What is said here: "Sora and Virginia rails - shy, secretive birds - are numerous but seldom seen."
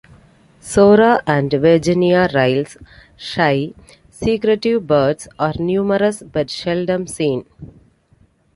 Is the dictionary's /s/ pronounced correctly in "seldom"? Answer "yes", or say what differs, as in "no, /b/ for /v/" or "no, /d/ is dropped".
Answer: no, /ʃ/ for /s/